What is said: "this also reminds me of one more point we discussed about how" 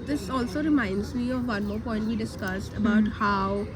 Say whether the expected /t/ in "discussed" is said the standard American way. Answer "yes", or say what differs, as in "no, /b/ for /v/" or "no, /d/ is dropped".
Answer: yes